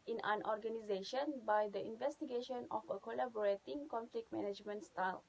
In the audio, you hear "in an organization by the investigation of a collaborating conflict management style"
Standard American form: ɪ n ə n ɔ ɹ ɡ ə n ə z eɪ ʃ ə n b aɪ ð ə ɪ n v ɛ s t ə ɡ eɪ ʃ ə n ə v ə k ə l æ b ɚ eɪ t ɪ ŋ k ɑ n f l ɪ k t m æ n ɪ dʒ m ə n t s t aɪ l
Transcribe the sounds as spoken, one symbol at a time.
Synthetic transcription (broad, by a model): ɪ n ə n ɔ ɹ ɡ ə n ə z eɪ ʃ ə n b aɪ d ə ɪ n v ɛ s t ə ɡ eɪ ʃ ə n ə f ə k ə l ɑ b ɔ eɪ t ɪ ŋ k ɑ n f l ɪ k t m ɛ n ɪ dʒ m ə n t s t aɪ l